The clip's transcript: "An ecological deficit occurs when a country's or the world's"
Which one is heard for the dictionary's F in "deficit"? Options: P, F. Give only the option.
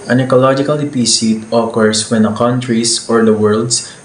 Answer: P